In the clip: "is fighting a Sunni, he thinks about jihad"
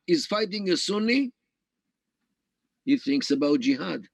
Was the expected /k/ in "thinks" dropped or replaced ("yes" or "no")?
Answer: no